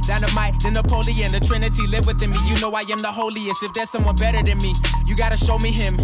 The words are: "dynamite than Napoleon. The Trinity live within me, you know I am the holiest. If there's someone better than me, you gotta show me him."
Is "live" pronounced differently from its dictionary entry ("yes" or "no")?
no